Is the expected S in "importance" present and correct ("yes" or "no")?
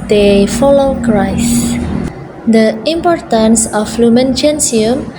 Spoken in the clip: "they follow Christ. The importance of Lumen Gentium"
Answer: yes